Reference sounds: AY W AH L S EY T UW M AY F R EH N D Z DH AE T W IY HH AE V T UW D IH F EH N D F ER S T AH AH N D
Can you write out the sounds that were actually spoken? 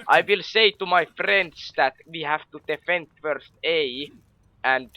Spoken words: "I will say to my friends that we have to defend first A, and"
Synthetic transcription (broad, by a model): AY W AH L S EY T UW M AY F R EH N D S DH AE T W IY HH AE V T UW D IH F EH N D F ER S T AH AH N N